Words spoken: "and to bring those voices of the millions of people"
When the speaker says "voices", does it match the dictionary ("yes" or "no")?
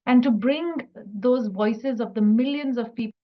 yes